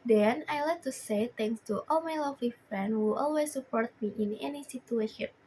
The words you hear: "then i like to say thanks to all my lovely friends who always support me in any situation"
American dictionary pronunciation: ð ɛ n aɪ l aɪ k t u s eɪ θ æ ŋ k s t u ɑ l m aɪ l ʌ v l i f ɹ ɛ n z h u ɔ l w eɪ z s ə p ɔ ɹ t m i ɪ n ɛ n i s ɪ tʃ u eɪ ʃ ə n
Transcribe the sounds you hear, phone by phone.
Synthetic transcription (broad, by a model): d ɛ n aɪ l aɪ k t u s eɪ t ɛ ŋ k s t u ɑ l m aɪ l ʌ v l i f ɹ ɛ n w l ɔ l w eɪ s ə p ɔ ɹ t m i ɪ n ɛ n i s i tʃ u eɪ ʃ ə n